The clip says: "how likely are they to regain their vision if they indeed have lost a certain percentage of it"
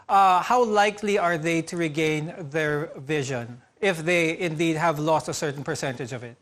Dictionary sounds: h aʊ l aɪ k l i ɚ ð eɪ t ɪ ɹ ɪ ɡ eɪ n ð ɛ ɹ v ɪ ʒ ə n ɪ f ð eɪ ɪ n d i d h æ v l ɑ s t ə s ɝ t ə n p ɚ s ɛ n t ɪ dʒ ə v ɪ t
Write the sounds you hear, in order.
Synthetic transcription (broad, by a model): h aʊ l aɪ k l i ɚ ð eɪ t ɪ ɹ ɪ ɡ eɪ n ð ɛ ɹ v ɪ ʒ ə n ɪ f ð eɪ ɪ n d i d h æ v l ɑ s t ə s ɝ t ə n p ɚ s ɛ n t ɪ dʒ ə v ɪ t